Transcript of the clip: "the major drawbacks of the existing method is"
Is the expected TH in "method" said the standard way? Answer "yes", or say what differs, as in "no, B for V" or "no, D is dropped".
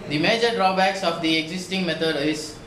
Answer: no, T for TH